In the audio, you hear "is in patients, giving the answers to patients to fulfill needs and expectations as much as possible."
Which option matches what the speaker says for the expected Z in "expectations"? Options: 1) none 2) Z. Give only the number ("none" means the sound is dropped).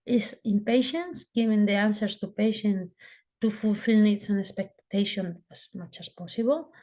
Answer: 1